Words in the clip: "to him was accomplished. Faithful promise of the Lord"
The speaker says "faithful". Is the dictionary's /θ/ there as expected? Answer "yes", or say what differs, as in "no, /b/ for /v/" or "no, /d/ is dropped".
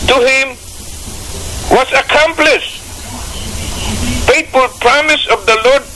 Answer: no, /t/ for /θ/